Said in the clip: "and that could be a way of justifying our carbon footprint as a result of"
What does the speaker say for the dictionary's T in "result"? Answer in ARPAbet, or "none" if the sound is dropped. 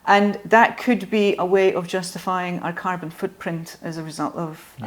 T